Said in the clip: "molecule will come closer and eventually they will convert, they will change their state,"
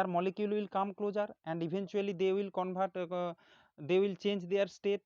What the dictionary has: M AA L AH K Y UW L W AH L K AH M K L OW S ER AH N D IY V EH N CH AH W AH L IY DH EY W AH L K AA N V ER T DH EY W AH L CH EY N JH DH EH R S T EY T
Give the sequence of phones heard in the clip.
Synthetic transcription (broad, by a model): M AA L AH K Y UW L W AH L K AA M K L OW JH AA AH N D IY B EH N CH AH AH L IY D EY W AH L K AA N B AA T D EY W AH L CH EY N JH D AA R S T EY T